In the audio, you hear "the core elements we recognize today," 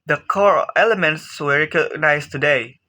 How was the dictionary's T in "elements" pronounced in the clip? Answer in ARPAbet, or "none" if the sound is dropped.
S